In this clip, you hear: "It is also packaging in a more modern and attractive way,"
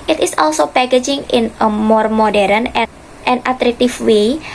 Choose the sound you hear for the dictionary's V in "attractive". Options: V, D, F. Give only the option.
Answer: F